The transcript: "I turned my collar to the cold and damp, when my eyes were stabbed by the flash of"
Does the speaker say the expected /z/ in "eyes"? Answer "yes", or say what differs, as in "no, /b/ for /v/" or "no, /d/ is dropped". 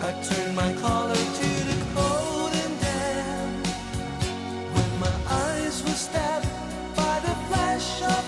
yes